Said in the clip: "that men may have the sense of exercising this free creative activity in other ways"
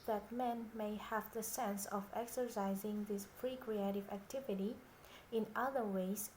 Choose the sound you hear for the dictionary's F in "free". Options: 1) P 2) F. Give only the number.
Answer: 1